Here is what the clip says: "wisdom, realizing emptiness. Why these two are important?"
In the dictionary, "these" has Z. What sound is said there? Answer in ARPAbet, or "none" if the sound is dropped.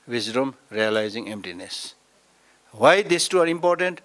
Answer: S